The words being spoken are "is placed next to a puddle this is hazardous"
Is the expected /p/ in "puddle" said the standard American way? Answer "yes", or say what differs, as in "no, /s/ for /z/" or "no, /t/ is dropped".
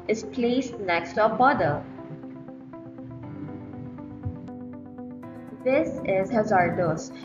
no, /b/ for /p/